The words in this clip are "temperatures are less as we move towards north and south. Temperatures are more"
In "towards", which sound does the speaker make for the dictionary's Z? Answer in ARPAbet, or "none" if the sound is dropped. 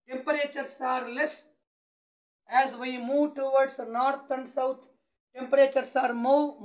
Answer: S